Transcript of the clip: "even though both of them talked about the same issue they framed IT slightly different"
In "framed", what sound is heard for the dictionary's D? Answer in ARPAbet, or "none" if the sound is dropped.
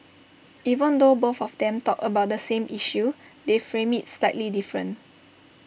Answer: none